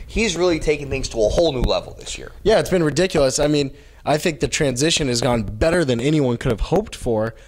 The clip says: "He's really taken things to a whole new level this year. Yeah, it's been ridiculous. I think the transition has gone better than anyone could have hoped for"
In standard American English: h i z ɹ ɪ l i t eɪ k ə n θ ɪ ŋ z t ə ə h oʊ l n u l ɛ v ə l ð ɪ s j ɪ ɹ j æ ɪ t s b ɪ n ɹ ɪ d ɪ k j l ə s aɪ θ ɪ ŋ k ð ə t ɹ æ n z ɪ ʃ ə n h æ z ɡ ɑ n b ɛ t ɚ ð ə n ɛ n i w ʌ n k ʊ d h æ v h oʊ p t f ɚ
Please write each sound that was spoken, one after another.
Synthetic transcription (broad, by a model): h i z ɹ ɪ l i t eɪ k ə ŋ θ ɪ ŋ z t ə ə h oʊ l n u l ɛ v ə l ð ɪ s j ɪ ɹ j æ ɪ t s b ɪ n ɹ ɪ d ɪ k j l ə s aɪ θ ɪ ŋ k ð ə t ɹ æ n z ɪ ʃ ə n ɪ z ɡ ɑ n b ɛ t ɚ ð ə n ɛ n i w ʌ n k ʊ d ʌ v h oʊ p t f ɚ